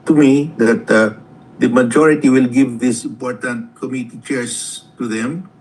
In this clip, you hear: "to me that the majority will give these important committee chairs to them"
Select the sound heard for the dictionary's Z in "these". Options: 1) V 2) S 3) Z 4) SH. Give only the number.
2